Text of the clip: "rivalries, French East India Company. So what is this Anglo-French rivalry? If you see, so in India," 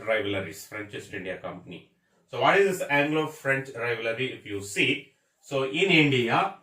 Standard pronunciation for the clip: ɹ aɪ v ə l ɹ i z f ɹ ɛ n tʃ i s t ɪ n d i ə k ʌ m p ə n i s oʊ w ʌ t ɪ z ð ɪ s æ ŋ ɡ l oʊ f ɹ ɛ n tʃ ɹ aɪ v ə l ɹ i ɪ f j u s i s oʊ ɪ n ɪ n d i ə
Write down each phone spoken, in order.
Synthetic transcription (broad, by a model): ɹ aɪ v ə l ɹ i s f ɹ ɛ n tʃ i s t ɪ n d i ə k ʌ m p ə n i s oʊ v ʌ t ɪ z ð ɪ s æ ŋ ɡ l oʊ f ɹ ɛ n tʃ ɹ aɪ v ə ɹ i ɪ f j u s i s oʊ ɪ n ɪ n d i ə